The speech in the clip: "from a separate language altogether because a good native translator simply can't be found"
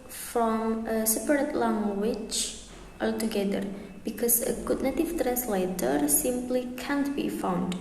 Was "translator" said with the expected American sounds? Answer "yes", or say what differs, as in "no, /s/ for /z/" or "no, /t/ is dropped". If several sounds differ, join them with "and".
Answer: yes